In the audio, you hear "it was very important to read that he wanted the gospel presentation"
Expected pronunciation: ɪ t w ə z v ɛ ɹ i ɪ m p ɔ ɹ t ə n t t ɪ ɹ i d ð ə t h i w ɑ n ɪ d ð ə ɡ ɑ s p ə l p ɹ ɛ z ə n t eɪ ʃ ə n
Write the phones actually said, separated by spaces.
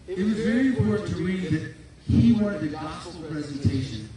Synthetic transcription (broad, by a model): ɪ t w ə z v ɛ ɹ i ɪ m p ɔ ɹ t n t t ɪ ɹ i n ð ə t h i w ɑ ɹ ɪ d ð ə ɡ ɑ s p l p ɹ ɛ z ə n t eɪ ʃ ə n